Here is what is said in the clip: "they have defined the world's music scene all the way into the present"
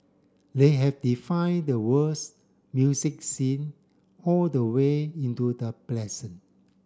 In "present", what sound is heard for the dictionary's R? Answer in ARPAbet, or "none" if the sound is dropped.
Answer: L